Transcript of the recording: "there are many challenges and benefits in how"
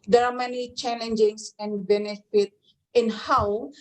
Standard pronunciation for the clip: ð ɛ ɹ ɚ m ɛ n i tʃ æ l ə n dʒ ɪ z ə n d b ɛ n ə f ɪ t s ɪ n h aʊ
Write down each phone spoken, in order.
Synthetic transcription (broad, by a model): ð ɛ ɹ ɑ m ɛ n i tʃ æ l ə n dʒ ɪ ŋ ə n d b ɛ n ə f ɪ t ɪ n h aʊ